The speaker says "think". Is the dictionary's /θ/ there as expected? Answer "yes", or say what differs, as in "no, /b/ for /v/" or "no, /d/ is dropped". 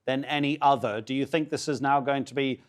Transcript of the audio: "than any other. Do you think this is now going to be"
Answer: yes